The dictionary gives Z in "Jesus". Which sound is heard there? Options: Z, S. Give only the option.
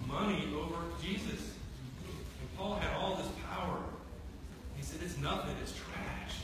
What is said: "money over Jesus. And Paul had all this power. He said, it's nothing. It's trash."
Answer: Z